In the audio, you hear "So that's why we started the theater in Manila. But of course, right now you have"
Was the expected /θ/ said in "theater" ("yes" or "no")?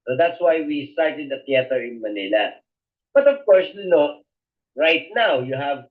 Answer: no